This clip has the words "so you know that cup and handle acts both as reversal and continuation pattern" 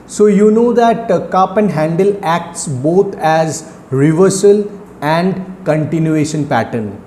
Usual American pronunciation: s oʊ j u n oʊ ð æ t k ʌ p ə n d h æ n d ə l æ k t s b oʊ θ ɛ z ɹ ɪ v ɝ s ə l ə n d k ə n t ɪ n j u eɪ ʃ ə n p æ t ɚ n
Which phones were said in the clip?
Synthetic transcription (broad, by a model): s oʊ j u n oʊ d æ t k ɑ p ə n d h æ n d ə l æ k t s b oʊ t ɛ z ɹ ɪ v ɝ s ə l ə n d k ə n t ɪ n j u eɪ ʃ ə n p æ t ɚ n